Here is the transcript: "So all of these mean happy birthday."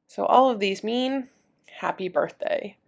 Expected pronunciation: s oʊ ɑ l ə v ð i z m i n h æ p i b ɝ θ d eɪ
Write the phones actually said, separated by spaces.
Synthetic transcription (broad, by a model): s oʊ ɑ l ə v ð i z m i n h æ p i b ɝ θ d eɪ